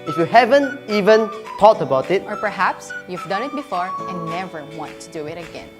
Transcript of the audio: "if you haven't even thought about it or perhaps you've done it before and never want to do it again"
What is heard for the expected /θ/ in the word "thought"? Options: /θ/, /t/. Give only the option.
/t/